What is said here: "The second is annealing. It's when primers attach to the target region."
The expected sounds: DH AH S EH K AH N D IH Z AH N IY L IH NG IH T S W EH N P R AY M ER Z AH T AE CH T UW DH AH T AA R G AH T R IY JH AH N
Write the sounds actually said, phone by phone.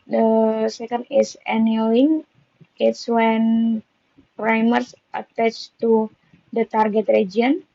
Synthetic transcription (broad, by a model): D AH S EH K AH N D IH S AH N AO IH NG IH T S W EH N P R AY M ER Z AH T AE CH T UW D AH T AA R G AH T R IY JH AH N